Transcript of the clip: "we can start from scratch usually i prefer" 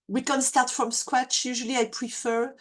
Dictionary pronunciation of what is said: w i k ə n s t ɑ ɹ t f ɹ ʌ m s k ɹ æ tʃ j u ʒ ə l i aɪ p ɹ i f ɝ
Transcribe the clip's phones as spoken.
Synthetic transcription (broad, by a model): w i k ə n s t ɑ ɹ t f ɹ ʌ m s k w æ tʃ j u ʒ ə l i aɪ p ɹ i f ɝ